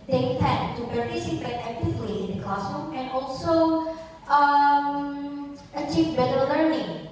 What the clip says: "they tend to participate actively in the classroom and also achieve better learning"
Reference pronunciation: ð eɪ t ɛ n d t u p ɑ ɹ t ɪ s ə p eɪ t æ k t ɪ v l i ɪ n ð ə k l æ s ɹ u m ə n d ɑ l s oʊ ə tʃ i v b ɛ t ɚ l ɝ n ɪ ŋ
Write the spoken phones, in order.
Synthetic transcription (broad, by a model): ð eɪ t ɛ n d t u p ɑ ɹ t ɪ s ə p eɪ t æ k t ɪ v l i ɪ n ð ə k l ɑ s u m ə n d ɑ l s oʊ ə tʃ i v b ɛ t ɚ l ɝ n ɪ ŋ